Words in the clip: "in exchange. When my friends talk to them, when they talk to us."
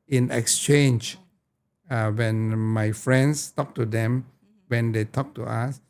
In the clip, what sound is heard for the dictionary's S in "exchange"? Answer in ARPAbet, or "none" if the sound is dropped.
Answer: S